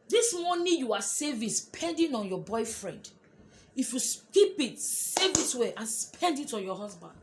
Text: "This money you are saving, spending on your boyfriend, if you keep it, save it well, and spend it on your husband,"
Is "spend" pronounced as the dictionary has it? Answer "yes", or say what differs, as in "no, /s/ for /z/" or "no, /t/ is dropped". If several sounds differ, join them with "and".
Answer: yes